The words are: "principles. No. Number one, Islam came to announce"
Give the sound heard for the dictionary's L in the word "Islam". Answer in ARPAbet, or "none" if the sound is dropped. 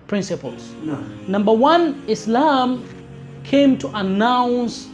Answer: L